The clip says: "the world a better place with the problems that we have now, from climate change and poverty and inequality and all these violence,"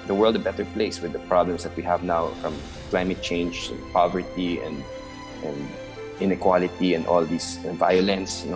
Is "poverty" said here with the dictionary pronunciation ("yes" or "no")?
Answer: yes